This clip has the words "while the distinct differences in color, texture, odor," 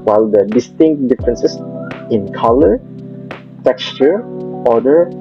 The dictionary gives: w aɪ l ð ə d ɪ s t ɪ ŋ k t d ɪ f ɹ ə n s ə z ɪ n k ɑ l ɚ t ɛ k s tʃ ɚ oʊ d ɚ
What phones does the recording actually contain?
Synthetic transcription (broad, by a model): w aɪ l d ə d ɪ s t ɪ ŋ k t d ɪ f ɹ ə n s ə s ɪ n k ɑ l ɚ t ɛ k s tʃ ɚ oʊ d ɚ